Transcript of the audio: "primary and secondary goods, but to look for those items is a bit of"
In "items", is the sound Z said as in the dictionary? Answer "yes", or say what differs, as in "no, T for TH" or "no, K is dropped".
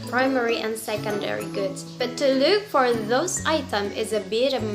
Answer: no, Z is dropped